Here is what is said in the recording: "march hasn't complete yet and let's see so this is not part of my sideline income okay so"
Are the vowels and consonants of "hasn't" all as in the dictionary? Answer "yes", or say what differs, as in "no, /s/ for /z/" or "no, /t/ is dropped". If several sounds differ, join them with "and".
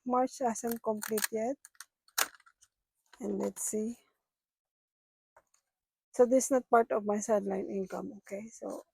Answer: no, /s/ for /z/